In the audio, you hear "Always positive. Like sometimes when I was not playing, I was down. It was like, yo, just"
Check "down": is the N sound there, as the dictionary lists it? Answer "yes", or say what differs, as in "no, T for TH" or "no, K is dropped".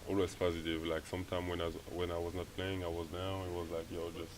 no, N is dropped